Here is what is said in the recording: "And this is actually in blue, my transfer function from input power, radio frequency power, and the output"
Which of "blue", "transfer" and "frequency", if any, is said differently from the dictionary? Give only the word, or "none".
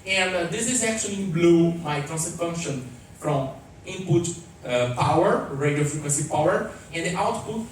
transfer